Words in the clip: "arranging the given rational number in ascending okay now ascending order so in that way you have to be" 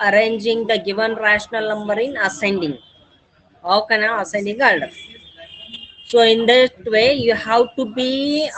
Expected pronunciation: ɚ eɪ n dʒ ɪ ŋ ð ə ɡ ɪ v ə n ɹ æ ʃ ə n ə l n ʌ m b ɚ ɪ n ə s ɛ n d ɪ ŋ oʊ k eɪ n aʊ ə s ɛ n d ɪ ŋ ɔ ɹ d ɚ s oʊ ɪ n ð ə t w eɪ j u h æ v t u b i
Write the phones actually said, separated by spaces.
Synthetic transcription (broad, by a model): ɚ eɪ n dʒ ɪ ŋ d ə ɡ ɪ v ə n ɹ æ ʃ ə n ə l n ʌ m b ɚ ɪ n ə s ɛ n d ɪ ŋ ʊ k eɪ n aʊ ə s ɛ n d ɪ ŋ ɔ l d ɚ s oʊ ɪ n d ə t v eɪ j u h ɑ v t u b i